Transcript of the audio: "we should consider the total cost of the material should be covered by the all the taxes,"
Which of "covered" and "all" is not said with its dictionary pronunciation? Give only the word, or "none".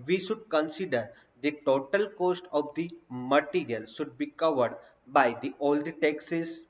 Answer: none